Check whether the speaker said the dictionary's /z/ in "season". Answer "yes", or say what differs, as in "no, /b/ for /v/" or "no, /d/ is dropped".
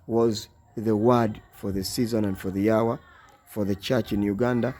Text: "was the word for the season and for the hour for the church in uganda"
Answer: yes